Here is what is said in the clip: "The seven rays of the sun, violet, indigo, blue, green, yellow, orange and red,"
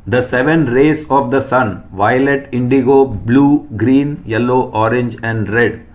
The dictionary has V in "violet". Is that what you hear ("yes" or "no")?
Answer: yes